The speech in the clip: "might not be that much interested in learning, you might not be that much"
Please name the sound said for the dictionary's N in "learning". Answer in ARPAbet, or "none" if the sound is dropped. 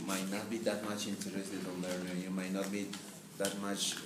none